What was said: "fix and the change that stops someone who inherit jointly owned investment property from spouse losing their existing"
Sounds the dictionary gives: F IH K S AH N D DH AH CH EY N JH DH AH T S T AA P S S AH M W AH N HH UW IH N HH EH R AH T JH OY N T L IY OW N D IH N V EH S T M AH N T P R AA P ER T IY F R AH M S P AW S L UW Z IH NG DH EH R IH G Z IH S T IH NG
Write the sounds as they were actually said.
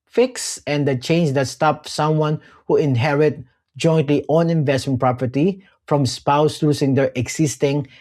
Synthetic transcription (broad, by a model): F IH K S AH N D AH CH EY N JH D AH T S T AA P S S AH M W AH N HH UW IH N HH EH R AH T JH OY N T L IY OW N IH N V EH S T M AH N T P R AA P ER T IY F R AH M S P AW S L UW S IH NG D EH R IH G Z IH S T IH NG